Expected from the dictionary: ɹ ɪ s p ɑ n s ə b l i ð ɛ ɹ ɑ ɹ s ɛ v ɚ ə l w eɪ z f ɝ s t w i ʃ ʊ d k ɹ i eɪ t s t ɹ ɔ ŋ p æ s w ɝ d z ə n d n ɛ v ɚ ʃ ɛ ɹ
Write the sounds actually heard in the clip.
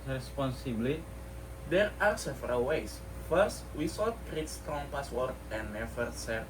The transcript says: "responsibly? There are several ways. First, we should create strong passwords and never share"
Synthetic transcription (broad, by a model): ɹ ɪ s p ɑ n s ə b l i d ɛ ɹ ɑ ɹ s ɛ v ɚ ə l w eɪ s f ɝ s t w i s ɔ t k ɹ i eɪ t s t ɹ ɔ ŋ p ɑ s w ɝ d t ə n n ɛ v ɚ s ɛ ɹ